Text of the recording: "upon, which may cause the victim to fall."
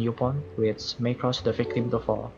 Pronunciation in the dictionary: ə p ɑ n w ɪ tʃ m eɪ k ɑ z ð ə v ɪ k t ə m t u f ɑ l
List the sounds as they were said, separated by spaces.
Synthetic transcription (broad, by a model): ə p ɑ n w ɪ s m eɪ k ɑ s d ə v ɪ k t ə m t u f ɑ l